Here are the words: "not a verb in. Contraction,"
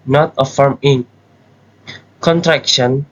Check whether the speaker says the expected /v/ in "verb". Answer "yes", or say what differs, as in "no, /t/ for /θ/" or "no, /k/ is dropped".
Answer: no, /f/ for /v/